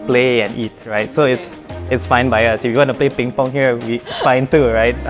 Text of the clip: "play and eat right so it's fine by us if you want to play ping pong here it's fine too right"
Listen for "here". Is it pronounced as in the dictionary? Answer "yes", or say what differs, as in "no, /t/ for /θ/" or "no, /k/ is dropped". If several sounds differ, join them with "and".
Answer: no, /w/ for /ɹ/